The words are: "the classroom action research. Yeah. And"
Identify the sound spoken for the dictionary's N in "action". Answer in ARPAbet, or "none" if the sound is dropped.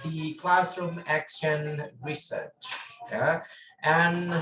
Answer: N